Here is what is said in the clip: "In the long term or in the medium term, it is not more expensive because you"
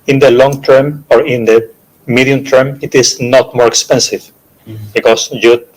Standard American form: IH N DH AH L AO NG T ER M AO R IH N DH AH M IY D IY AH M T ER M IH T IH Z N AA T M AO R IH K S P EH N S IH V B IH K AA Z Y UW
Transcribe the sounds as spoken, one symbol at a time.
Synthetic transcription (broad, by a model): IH N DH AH L AO NG T ER M AO R IH N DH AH M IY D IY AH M T ER M IH T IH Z N AA T M AO R K S P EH N S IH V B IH K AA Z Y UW